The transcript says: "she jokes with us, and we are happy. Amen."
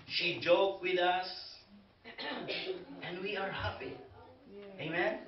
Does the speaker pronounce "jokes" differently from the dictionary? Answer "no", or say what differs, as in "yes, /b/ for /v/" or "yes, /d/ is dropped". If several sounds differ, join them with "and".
yes, /s/ is dropped